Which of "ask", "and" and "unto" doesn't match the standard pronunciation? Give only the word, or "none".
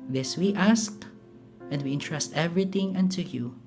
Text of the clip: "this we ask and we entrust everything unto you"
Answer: none